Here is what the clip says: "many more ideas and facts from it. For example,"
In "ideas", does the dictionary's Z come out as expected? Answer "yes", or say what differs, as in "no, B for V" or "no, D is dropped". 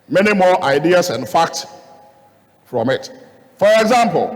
no, S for Z